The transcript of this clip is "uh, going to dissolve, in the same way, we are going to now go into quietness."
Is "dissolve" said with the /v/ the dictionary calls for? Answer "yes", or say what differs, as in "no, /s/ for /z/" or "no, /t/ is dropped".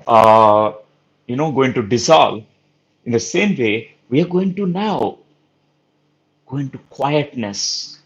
no, /v/ is dropped